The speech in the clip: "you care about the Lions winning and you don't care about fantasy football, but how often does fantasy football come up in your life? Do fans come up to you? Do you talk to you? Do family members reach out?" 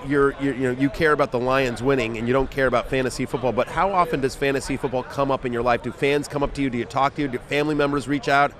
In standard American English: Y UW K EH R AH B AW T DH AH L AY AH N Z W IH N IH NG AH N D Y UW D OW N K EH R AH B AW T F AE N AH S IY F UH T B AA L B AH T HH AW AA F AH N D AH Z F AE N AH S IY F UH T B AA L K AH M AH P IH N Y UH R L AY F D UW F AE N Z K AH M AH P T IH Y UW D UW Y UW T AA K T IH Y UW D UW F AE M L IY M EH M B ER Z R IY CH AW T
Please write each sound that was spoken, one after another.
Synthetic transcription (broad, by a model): Y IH K EH R AH B AW T DH AH L AY AH N Z W IH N IH NG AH N Y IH D OW N K EH R AH B AW T F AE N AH S IY F UH T B AA L B AH T HH AW AA F AH N D AH Z F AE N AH S IY F UH T B AA L K AH M AH P IH N Y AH R L AY F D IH F AE N Z K AH M AH P T IH Y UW D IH Y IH T AA K T IH Y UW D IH F AE M L IY M EH M B ER Z R IY CH AW T